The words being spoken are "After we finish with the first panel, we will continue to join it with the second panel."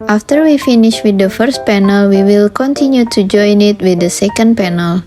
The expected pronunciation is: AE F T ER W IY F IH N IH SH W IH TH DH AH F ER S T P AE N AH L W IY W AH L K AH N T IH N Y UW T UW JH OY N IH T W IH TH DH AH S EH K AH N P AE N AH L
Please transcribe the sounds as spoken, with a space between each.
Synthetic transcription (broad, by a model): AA F T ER W IY F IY N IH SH W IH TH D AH F ER S T P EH N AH L W IY W AH L K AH N T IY N Y UW T UW JH OY N IH T W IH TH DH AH S EH K AH N P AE N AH L